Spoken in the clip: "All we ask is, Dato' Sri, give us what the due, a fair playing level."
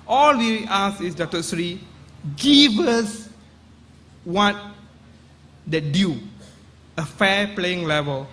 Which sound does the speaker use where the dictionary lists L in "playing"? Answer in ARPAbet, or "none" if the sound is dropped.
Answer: L